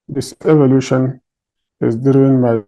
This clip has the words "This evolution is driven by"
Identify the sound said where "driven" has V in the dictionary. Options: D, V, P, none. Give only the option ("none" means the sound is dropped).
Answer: none